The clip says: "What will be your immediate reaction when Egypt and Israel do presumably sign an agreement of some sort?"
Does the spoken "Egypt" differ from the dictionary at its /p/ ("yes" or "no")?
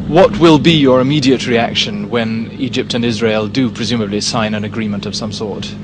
no